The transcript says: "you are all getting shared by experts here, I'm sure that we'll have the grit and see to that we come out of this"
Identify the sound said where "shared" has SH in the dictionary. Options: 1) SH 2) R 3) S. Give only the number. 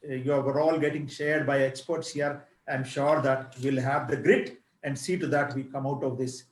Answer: 1